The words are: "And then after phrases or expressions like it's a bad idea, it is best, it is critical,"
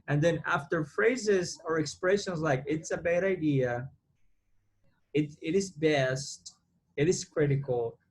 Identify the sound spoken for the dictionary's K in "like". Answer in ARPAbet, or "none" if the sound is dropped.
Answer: K